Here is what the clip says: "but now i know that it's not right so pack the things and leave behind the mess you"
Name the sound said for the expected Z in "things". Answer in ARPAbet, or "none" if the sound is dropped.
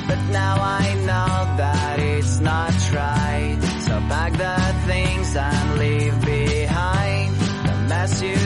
Z